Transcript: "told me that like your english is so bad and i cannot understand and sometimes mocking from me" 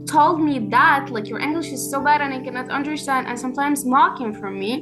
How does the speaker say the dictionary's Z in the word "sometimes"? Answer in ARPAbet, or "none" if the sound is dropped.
Z